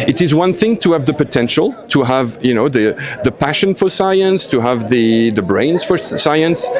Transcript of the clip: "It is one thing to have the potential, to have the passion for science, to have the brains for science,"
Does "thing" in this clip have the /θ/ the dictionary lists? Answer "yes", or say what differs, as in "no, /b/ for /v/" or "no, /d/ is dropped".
yes